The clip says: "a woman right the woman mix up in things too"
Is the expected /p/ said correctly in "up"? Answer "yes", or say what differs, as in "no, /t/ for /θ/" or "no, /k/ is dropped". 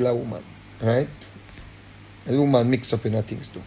yes